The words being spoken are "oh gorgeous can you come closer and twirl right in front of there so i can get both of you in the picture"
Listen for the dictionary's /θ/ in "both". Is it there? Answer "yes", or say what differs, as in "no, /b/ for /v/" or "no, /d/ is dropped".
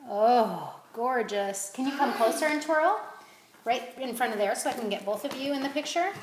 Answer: yes